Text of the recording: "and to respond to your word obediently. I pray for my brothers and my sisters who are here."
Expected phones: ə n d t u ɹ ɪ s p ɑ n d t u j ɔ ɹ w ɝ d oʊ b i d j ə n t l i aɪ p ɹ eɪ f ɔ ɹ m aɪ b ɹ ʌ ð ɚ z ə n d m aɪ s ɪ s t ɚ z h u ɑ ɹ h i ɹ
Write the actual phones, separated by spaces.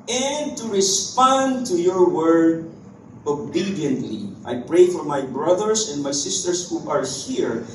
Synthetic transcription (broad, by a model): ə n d t u ɹ ɪ s p ɑ n d t u j ɔ ɹ w ɝ d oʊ b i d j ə n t l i aɪ p ɹ eɪ f ɔ ɹ m aɪ b ɹ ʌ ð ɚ s ə n d m aɪ s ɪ s t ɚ s h u ɑ ɹ h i ɹ